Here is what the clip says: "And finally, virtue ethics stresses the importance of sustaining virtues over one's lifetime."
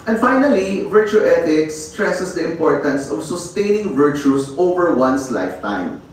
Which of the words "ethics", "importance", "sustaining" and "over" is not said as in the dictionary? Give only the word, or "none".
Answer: ethics